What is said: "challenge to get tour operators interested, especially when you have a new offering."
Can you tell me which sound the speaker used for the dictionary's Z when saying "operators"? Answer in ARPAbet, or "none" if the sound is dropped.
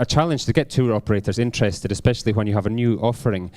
Z